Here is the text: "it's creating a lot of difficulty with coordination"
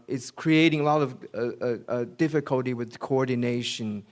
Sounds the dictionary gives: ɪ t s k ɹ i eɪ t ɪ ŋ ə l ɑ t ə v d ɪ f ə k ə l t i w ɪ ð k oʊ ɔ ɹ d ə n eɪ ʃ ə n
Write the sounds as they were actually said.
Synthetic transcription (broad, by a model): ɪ t s k ɹ i eɪ t ɪ ŋ ə l ɑ t ə v d ɪ f ə k ə l t i w ɪ ð k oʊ ɔ ɹ d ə n eɪ ʃ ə n